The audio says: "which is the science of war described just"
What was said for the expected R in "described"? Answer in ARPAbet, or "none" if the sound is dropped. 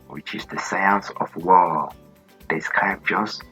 none